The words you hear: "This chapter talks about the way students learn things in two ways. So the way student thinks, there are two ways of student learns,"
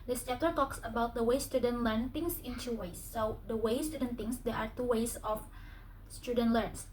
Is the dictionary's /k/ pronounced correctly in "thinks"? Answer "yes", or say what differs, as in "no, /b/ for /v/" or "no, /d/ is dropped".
no, /k/ is dropped